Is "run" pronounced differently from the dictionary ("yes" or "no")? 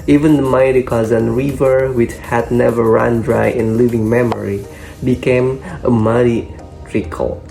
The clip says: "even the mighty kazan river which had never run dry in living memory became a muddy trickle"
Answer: no